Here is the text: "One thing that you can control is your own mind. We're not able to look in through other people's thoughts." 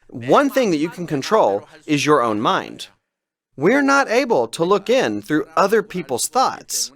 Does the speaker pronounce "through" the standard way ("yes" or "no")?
yes